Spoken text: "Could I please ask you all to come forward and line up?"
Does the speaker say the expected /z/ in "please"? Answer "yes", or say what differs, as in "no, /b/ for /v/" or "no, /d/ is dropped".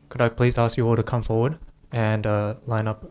yes